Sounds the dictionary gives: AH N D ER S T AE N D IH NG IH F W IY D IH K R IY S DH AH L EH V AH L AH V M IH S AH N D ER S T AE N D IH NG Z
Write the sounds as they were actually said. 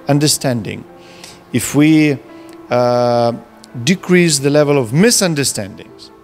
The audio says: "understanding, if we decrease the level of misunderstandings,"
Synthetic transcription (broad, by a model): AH N D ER S T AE N D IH NG IH F W IY D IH K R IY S DH AH L EH V AH L AH V M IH S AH N D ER S T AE N D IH NG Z